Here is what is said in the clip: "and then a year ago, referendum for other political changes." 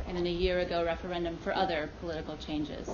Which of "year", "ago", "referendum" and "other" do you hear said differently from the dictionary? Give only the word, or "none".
none